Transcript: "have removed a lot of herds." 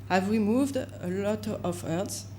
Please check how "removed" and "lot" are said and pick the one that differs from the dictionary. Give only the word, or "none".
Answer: none